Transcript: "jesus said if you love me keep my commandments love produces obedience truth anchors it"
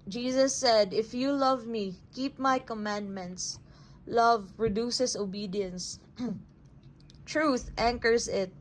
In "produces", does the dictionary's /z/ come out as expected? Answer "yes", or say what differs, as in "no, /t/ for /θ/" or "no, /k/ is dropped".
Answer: no, /s/ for /z/